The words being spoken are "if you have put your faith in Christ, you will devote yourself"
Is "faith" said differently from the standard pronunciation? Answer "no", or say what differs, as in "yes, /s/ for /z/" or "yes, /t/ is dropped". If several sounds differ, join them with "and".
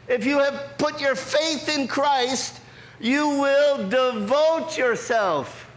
no